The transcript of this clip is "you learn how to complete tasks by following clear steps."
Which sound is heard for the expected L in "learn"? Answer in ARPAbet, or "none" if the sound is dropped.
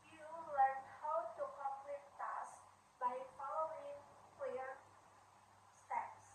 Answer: W